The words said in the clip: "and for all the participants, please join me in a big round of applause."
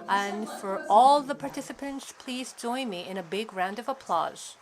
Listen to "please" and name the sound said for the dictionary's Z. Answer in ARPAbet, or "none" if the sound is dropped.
Z